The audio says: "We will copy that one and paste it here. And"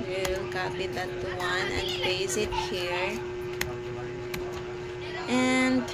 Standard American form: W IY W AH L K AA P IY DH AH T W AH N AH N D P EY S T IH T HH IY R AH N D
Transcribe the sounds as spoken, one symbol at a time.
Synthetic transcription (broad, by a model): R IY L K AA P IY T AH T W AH N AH N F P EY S IH T HH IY R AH N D